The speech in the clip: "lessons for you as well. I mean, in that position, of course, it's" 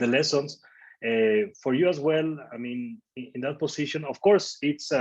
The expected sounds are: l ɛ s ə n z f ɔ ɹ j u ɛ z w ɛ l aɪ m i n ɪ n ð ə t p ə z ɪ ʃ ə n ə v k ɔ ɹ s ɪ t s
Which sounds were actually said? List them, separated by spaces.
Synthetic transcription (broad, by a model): l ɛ s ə n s f ɔ ɹ j u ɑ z w ɛ l aɪ m i n ɪ n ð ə t p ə s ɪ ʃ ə n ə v k ɔ ɹ s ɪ t s